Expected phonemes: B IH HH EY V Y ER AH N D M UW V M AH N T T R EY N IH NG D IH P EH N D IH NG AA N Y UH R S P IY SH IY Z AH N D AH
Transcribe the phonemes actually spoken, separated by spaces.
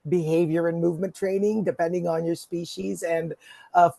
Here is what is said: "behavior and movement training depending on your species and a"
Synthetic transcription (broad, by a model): B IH HH EY V Y ER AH N M UW V M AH N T T R EY N IH NG D IH P EH N D IH NG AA N Y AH R S P IY SH IY Z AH N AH